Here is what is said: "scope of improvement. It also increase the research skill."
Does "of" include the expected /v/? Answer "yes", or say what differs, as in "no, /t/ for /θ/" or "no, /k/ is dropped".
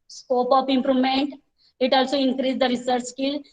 no, /p/ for /v/